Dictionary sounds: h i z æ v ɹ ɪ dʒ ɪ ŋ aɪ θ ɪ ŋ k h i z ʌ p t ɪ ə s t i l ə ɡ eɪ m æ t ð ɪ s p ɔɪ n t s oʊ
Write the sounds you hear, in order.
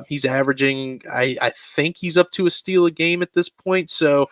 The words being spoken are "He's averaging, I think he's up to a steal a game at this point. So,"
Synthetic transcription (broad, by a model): h i z æ v ɹ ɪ dʒ ɪ ŋ aɪ θ ɪ ŋ k h i z ʌ p t ɪ ə s t i l ə ɡ eɪ m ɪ t ð ɪ s p ɔɪ n t s oʊ